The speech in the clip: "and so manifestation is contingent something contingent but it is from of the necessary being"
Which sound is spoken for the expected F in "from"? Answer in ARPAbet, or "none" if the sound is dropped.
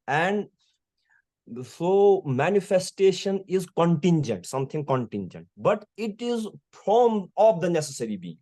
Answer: P